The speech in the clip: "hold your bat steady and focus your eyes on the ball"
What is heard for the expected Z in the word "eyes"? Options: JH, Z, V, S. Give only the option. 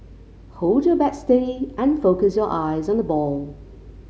Z